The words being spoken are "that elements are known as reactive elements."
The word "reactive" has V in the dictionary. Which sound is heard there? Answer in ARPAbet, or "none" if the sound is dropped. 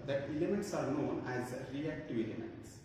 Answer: V